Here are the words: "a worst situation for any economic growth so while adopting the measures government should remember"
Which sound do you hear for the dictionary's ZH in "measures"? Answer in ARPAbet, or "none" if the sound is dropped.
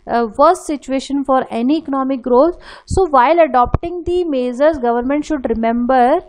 Z